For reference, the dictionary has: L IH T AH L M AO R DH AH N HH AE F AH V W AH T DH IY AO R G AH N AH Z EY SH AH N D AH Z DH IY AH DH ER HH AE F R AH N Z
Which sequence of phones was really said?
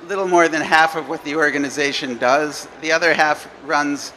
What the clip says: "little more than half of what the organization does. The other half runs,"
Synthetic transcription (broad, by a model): L IH T L M AO R DH AH N HH AE F AH V W AH T DH IY AO R G AH N AH Z EY SH AH N D AH Z DH IY AH DH ER HH AE F R AH N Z